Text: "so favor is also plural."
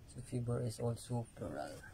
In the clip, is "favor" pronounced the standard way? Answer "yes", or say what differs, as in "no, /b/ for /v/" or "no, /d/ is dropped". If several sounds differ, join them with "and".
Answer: no, /b/ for /v/